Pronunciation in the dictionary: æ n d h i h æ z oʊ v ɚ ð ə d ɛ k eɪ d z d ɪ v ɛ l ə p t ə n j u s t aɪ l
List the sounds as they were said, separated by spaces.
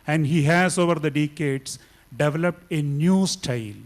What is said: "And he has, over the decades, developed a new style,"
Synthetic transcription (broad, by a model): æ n d h i h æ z oʊ v ɚ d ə d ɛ k eɪ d s d ɪ v ɛ l ə p t ə n j u s t aɪ l